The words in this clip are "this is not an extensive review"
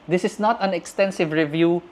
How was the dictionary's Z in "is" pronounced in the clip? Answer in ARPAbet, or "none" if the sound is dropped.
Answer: S